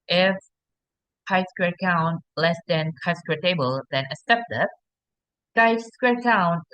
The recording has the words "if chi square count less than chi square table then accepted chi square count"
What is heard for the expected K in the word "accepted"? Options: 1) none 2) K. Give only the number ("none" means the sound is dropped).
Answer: 1